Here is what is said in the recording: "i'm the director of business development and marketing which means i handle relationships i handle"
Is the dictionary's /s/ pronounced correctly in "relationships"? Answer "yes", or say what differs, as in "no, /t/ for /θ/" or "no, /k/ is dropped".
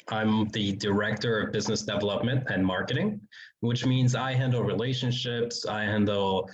yes